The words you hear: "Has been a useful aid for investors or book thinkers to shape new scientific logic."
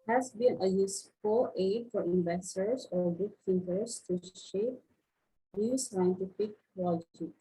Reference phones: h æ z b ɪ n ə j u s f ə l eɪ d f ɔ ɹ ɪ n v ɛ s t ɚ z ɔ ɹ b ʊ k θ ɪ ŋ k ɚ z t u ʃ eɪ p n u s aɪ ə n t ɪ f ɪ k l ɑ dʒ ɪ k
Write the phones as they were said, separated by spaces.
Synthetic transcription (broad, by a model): h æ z b ɪ n ə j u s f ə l eɪ d f ɔ ɹ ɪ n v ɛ s t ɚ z ɔ ɹ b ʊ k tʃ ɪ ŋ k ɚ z t u ʃ eɪ p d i s aɪ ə n t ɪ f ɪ k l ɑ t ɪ